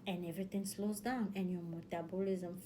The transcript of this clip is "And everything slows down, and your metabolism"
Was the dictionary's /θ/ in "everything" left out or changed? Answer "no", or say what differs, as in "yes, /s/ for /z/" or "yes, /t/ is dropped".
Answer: yes, /t/ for /θ/